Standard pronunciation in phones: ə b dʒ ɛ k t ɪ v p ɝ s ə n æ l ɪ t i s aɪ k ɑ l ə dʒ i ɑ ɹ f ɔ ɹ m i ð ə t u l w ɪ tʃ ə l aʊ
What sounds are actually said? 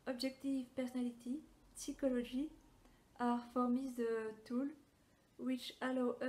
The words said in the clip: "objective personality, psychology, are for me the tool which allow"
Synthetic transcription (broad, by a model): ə b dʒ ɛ k t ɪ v p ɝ s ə n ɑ l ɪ t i s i k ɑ l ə ʒ i ɑ ɹ f ɔ ɹ m i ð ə t u l w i tʃ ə l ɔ